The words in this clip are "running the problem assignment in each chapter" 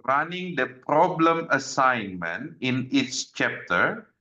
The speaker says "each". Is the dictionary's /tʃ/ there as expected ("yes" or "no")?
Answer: no